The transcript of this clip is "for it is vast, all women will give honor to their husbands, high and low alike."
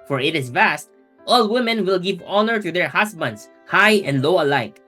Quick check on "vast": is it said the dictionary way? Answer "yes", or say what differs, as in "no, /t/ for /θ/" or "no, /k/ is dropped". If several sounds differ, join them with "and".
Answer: yes